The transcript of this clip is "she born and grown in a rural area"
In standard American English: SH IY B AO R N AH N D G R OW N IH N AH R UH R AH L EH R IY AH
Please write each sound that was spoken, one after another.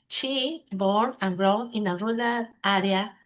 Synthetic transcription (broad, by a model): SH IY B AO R AH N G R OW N IH N AH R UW L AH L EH R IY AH